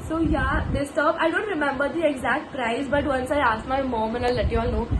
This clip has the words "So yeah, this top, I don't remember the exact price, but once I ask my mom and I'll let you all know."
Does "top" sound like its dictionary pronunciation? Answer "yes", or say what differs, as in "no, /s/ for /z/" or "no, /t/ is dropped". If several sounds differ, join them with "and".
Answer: no, /b/ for /p/